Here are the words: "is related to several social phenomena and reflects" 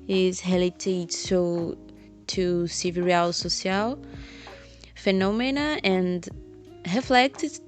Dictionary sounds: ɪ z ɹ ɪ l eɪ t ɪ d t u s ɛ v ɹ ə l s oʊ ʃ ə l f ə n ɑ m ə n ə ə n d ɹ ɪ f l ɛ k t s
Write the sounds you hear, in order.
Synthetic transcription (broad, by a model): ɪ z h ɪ l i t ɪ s t u s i v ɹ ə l s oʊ s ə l f ə n ɑ m ə n ə ə n d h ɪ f l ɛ k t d